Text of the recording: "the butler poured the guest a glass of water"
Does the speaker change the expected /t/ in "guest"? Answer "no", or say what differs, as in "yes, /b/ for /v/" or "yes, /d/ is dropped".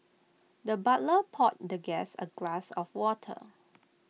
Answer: yes, /t/ is dropped